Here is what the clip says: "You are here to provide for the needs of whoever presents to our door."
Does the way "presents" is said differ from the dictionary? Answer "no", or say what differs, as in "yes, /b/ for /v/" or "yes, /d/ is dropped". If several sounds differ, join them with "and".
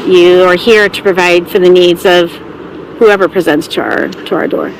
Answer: no